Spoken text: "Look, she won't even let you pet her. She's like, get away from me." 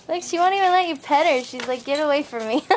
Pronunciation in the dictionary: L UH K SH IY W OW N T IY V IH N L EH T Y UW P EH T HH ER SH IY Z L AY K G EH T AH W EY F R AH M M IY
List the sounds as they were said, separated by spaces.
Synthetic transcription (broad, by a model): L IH K SH IY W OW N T IY V IH N L EH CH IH P EH T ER SH IY Z L AY K G EH T AH W EY F R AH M M IY